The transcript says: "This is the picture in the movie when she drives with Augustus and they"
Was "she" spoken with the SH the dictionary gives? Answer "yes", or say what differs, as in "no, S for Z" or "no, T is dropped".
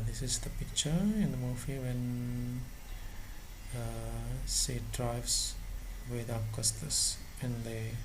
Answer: no, S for SH